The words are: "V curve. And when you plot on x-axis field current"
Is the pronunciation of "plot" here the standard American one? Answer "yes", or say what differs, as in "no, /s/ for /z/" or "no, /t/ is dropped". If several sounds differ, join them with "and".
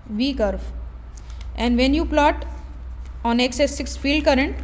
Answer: yes